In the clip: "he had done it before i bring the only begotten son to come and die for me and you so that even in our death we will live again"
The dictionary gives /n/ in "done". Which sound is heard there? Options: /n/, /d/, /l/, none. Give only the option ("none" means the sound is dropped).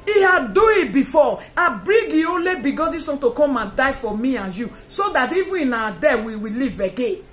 none